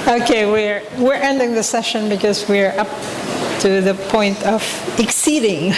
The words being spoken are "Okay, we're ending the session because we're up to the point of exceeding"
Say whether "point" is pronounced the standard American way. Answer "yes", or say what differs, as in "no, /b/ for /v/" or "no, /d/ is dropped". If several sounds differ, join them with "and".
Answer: yes